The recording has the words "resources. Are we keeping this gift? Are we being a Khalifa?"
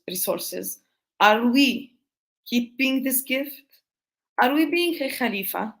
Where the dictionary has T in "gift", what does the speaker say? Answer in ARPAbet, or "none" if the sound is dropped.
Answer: T